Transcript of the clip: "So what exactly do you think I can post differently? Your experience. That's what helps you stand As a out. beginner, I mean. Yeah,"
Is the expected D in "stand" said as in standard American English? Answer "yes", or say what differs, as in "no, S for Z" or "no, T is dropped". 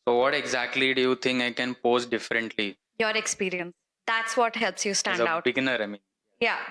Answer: no, D is dropped